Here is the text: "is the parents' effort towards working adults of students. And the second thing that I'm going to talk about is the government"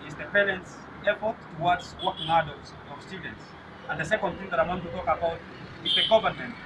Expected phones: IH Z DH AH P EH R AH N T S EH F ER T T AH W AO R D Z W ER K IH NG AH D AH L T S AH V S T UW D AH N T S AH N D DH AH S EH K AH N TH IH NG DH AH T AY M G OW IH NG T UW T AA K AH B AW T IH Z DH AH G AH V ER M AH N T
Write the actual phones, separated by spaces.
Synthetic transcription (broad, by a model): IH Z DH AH P EH R AH N T S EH F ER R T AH W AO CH W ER K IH NG AH D AH L T S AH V S T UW D N T S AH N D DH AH S EH K AH N TH IH NG DH AH T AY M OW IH T UW T AA K AH B AW T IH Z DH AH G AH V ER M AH N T